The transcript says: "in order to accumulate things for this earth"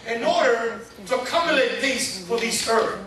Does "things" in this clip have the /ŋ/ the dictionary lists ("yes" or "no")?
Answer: no